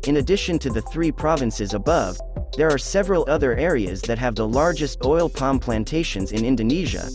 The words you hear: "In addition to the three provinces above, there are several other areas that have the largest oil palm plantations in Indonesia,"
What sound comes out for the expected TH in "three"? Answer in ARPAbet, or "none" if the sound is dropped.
TH